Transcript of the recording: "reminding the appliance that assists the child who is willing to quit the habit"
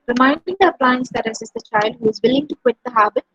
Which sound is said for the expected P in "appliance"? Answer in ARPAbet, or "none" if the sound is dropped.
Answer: P